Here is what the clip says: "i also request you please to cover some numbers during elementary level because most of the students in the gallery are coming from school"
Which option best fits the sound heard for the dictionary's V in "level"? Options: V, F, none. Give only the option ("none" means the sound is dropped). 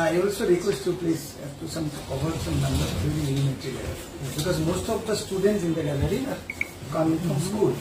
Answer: none